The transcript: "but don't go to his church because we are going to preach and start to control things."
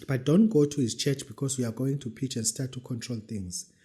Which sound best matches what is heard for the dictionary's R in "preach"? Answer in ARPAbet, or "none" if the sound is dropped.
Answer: none